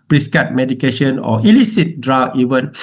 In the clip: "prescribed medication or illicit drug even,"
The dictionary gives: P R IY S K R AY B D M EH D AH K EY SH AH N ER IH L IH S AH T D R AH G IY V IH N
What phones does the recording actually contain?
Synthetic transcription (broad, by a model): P R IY S K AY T M EH D AH K EY SH AH N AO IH L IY S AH T D R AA IY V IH N